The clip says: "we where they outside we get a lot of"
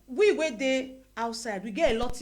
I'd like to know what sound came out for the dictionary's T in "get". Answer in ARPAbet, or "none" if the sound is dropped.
none